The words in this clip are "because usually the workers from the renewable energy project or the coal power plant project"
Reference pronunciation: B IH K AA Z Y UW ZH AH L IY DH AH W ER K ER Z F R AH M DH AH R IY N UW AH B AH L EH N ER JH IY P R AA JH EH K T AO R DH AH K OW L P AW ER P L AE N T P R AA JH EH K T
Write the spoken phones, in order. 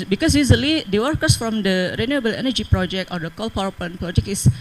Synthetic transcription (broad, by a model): B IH K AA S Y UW Z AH L IY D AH W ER K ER S F R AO M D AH R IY N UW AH B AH L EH N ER JH IY P R AA JH EH K T AO R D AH K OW L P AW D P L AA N P R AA JH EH K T